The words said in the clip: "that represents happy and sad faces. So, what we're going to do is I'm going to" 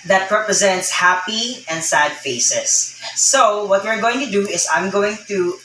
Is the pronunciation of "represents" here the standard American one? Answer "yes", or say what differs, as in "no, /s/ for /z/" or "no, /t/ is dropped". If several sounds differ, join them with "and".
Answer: yes